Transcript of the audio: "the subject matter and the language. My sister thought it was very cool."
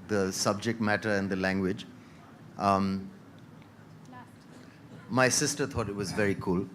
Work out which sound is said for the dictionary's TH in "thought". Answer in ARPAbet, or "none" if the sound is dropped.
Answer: T